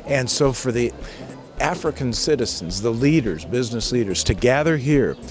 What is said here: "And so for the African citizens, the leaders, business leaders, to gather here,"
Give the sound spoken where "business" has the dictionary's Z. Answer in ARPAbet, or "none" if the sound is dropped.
Z